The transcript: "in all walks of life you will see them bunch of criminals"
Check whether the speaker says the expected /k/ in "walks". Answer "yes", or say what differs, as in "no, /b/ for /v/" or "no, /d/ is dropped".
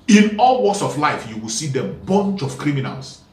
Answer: no, /k/ is dropped